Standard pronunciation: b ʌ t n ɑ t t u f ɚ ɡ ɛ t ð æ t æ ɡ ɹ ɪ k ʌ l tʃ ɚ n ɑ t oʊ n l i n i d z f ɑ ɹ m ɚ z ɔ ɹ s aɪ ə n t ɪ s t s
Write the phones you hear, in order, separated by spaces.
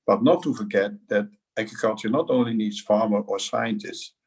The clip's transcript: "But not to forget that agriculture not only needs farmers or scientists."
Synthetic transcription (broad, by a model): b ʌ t n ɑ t t u f ɚ ɡ ɛ t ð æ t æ ɡ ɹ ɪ k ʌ l tʃ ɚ n ɑ t oʊ n l i n i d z f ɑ ɹ m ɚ ɔ ɹ s aɪ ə n t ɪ s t s